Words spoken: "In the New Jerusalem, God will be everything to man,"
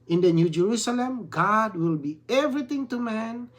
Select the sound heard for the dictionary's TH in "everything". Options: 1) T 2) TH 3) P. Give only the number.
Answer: 1